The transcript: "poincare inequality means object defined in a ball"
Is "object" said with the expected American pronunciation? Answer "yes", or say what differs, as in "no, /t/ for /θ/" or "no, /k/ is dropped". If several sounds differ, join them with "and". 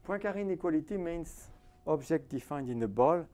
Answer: no, /ʒ/ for /dʒ/